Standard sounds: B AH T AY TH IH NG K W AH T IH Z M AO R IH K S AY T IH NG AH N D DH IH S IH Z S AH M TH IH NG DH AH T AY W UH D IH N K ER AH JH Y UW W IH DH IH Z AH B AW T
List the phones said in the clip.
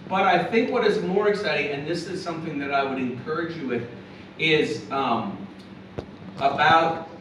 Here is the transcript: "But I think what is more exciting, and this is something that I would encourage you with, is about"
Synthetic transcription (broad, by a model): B AH T AY TH IH NG K W AH T IH Z M AO R IH K S AY T IH NG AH N DH IH S IH Z S AH M TH IH NG DH AH T AY W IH D IH N K ER AH JH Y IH W IH DH IH Z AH B AW T